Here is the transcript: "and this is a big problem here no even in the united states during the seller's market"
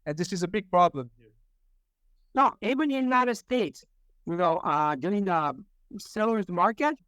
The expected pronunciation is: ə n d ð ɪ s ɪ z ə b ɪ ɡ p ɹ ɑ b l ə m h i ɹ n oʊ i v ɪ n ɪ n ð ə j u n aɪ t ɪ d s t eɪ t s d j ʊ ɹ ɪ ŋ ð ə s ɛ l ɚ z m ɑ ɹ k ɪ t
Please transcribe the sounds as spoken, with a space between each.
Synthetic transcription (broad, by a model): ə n ð ɪ s ɪ z ə b ɪ ɡ p ɹ ɑ b l ə m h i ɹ n oʊ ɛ ɪ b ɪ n ð ə j u n aɪ t ɪ d s t eɪ t s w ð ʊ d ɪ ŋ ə s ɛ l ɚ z m ɑ ɹ k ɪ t